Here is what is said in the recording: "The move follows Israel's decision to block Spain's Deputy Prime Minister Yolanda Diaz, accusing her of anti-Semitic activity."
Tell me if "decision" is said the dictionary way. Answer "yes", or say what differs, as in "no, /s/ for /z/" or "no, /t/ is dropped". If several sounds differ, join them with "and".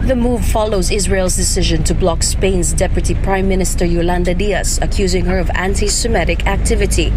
yes